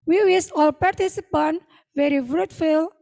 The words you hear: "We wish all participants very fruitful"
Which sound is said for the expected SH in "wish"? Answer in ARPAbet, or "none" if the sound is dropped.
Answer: S